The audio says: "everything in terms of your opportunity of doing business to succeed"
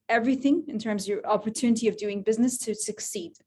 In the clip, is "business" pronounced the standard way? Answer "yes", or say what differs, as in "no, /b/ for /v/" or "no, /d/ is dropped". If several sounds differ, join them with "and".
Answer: yes